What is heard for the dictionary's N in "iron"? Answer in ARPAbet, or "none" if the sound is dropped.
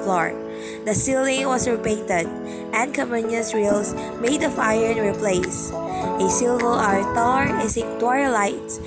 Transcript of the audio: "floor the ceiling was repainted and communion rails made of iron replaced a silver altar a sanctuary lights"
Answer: N